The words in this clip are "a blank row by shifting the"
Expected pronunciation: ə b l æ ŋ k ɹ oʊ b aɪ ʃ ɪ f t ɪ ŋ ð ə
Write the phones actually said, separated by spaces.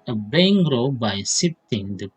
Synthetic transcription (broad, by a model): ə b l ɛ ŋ ɹ oʊ b aɪ s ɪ t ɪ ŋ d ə